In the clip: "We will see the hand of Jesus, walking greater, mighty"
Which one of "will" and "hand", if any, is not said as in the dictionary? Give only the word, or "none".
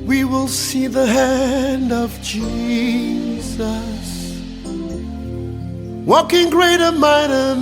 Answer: none